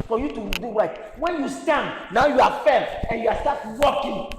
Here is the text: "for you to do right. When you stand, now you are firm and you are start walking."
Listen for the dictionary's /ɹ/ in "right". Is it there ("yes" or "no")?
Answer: no